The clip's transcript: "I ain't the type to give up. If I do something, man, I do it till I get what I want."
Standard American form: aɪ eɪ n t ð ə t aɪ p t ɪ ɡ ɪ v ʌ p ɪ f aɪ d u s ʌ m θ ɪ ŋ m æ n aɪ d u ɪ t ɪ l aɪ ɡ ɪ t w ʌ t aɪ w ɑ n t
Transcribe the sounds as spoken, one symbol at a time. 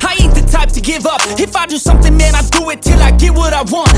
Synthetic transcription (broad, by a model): aɪ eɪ t ð ə t aɪ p t ɪ ɡ ɪ v ʌ p ɪ f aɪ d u s ʌ m θ ɪ ŋ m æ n aɪ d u ɪ t ɪ l aɪ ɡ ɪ w ʌ t aɪ w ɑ n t